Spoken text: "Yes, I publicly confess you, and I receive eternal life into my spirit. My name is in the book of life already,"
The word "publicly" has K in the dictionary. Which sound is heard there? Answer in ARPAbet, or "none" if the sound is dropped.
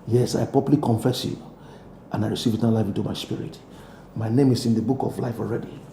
none